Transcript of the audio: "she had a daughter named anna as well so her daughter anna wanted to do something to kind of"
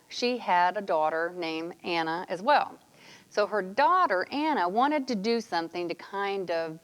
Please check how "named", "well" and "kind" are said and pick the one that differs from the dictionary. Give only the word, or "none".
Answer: named